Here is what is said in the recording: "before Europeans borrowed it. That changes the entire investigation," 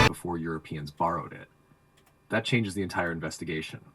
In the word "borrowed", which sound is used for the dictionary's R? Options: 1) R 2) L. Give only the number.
1